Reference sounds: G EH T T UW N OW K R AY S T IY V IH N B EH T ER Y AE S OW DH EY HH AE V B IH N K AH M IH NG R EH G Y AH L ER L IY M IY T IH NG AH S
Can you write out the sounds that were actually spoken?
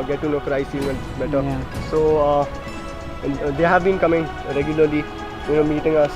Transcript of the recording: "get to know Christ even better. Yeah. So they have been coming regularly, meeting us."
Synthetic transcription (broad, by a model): G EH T T UW N OW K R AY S IY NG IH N B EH T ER S OW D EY HH AE V B IH N K AH M IH NG R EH G Y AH L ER L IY M IY T IH NG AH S